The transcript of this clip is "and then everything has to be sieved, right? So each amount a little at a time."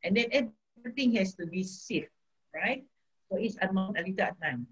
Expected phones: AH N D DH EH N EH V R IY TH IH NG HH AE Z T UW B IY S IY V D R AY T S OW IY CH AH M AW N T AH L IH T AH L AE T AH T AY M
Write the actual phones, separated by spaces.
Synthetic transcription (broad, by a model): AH N D EH N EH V R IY T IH NG HH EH S T UW B IY S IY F R AY T S OW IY S AH M AW N T AH L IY T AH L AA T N AY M